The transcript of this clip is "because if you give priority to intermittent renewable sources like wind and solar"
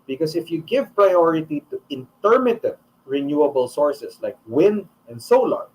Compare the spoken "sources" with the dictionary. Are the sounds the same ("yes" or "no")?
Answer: no